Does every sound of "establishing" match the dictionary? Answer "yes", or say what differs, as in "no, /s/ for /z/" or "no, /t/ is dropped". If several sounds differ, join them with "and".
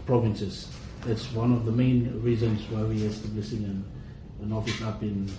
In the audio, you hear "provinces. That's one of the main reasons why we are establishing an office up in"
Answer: no, /s/ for /ʃ/